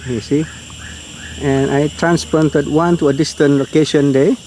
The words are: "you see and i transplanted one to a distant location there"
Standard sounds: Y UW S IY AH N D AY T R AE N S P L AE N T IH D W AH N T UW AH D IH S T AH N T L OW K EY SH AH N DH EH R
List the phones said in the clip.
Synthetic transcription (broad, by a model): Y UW S IY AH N AY T R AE N S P AO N T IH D W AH N T UW AH D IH S T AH N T L OW K EY SH AH N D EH